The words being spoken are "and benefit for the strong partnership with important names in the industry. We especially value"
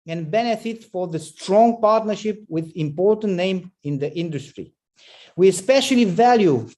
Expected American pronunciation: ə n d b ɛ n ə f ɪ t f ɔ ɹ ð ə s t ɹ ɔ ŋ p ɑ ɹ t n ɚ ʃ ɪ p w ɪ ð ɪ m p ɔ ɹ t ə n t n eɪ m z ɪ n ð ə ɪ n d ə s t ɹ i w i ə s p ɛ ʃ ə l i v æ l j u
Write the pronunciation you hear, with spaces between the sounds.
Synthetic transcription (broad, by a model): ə n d b ɛ n ə f ɪ t f ɔ ɹ ð ə s t ɹ ɔ ŋ p ɑ ɹ t n ɚ ʃ ɪ p w ɪ ð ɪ m p ɔ ɹ t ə n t n eɪ m ɪ n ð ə ɪ n d ə s t ɹ i w i ə s p ɛ ʃ ə l i v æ l j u